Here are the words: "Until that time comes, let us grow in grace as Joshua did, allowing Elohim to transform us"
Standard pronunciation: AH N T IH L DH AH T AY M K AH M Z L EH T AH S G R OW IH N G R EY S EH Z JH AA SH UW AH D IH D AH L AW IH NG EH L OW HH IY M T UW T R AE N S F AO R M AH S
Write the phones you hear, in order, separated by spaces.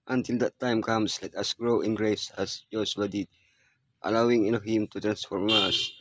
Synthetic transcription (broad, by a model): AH N T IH L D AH T AY M K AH M S L EH T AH S G R OW IH N G R EY S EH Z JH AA S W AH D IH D AH L AW IH NG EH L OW HH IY M T UW T R AE N S F AO R M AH S